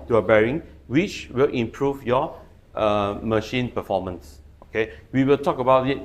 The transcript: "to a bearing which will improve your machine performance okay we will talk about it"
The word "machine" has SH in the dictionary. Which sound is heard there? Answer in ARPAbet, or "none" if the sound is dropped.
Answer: SH